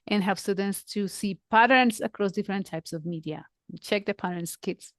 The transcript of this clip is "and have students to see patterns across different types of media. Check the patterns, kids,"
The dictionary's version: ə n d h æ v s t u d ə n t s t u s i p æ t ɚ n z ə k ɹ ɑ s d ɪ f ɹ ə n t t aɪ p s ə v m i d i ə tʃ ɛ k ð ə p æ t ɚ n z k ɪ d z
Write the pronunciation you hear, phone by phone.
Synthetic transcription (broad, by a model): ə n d h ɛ p s t u d ə n t s t u s i p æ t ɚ n s ə k ɹ ɑ s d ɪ f ɹ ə n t t aɪ p s ə v m i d i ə tʃ ɛ k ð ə p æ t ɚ n s k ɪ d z